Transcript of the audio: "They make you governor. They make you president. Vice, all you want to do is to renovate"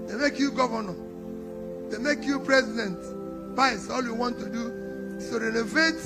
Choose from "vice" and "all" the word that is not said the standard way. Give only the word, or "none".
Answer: vice